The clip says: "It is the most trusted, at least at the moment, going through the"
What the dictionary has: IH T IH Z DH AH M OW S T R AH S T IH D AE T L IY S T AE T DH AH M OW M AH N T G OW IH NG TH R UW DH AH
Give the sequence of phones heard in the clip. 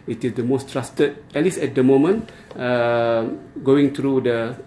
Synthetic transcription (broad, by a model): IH T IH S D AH M OW S T R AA S T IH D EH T L IY S EH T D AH M OW M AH N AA G OW IH NG T R UW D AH